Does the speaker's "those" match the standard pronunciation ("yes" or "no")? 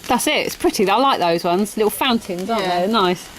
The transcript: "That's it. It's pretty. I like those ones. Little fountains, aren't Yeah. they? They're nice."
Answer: yes